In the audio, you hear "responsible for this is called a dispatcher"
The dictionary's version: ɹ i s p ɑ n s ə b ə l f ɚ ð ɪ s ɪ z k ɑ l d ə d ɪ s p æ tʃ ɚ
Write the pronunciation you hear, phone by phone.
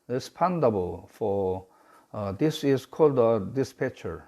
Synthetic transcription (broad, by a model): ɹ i s p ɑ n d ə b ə l f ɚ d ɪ s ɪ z k ɑ l d ə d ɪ s p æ tʃ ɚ